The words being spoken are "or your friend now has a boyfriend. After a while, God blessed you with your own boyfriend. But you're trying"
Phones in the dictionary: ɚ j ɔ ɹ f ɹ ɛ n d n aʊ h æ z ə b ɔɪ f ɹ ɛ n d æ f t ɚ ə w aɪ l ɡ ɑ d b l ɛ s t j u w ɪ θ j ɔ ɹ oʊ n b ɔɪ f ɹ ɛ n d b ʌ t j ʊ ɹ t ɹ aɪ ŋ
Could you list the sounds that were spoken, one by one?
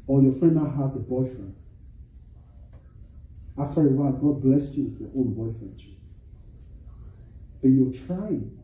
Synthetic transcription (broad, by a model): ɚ j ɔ f ɹ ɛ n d n aʊ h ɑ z ə b ɔɪ f ɹ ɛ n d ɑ f t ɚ ə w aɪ n ɡ ɑ d b l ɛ s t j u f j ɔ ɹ oʊ n b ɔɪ f ɹ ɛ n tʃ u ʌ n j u l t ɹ aɪ